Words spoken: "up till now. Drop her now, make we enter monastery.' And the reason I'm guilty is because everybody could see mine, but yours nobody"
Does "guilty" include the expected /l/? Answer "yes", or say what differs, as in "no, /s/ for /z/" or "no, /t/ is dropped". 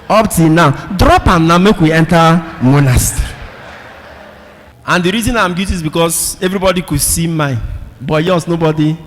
no, /l/ is dropped